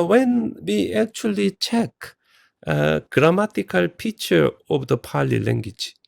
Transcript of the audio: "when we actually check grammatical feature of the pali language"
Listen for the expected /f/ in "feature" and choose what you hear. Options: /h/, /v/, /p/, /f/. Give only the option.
/p/